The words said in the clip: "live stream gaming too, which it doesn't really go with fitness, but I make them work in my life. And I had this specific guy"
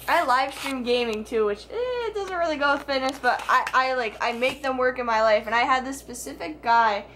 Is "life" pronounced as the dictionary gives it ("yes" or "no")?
yes